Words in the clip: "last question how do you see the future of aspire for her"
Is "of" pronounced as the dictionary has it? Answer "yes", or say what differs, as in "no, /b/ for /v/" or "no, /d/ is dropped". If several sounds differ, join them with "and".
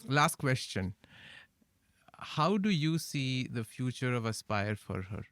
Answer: yes